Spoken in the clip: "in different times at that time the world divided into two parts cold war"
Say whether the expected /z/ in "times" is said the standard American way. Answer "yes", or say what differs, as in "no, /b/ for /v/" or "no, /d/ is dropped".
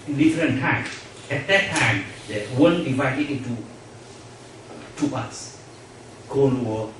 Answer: no, /z/ is dropped